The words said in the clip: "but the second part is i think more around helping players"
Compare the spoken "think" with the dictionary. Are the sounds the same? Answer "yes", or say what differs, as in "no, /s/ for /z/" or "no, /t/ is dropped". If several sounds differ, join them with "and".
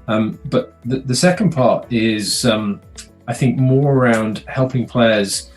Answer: yes